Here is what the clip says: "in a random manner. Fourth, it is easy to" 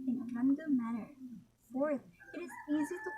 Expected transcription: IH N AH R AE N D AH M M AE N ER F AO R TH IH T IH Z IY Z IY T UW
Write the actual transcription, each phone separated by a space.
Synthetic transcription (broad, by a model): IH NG AH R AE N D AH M M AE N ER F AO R T IH T IH Z IY Z IY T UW